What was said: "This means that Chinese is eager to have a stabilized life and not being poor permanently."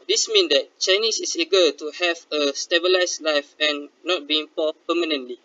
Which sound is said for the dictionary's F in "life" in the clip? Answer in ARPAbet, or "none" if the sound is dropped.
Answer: F